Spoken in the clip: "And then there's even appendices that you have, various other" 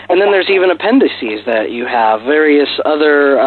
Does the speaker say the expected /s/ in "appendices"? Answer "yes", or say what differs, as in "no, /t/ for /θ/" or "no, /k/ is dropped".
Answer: yes